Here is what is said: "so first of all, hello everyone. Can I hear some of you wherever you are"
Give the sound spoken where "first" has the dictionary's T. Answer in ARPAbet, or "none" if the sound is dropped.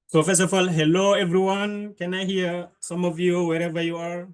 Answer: none